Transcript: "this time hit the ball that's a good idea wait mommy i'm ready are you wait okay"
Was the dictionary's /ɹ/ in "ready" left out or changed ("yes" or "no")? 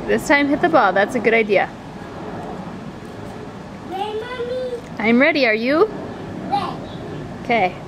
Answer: no